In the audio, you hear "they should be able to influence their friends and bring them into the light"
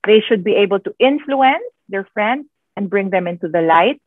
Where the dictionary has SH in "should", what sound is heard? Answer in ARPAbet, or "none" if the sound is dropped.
SH